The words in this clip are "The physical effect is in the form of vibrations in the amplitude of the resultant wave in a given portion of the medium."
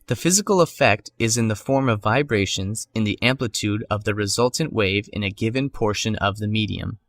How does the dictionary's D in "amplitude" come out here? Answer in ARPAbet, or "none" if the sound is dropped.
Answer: D